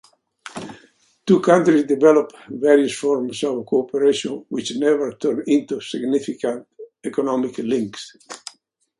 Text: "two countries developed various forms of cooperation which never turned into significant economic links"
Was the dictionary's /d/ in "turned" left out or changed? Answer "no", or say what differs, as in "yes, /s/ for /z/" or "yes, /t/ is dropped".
yes, /d/ is dropped